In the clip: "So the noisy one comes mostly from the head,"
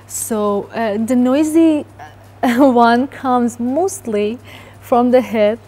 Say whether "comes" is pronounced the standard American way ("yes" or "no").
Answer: yes